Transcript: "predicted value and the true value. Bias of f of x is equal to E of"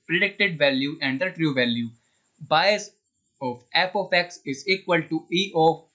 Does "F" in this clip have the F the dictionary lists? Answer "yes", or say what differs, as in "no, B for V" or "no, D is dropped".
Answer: no, P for F